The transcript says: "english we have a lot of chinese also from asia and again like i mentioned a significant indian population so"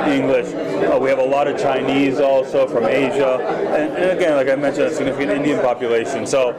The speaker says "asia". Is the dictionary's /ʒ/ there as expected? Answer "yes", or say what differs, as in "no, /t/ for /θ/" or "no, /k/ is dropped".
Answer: yes